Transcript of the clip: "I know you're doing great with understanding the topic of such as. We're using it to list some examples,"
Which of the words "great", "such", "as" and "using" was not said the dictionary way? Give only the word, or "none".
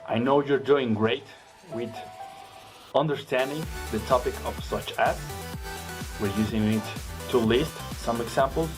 as